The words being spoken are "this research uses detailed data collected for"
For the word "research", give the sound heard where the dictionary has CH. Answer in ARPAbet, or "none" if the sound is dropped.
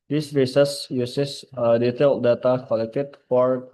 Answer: S